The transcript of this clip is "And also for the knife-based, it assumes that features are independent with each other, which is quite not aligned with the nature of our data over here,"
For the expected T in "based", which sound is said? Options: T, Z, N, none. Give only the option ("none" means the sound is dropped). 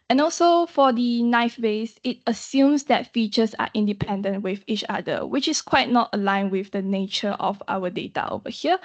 none